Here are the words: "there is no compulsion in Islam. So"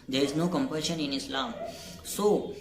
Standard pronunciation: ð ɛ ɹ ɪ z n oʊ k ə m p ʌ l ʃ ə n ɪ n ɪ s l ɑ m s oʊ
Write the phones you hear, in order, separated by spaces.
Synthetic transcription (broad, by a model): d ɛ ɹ ɪ z n oʊ k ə m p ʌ ʃ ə n ɪ n ɪ s l ɑ m s oʊ